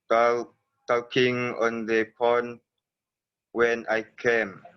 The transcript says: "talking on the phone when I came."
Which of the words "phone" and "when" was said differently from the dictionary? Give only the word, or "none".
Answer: phone